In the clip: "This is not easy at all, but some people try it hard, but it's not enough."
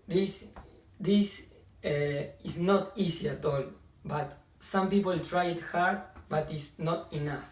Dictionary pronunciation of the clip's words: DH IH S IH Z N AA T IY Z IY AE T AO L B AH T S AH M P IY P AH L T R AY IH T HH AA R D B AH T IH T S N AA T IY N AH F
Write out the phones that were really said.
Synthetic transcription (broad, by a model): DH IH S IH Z N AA T IY S IY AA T AO L B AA T S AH M P IY P AH L T R AY IH T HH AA R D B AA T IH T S N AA T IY N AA F